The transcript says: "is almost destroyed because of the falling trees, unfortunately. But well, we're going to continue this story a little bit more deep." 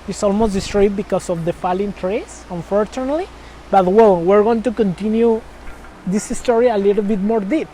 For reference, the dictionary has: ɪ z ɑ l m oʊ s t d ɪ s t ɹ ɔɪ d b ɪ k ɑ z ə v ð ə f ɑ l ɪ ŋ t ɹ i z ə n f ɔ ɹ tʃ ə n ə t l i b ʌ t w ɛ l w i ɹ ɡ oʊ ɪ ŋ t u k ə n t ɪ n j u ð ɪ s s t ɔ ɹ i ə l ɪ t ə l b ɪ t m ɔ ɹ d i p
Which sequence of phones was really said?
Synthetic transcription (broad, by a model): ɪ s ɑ l m oʊ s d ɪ s t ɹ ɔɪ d b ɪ k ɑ s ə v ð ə f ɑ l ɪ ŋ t ɹ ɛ s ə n f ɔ ɹ tʃ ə n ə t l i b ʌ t w ɛ l w i ɹ ɡ oʊ ɪ ŋ t u k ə n t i n j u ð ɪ s s t ɔ ɹ i ə l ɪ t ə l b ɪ t m ɔ ɹ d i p